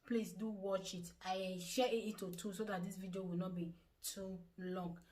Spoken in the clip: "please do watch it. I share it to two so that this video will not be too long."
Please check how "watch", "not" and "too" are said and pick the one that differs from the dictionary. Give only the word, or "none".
none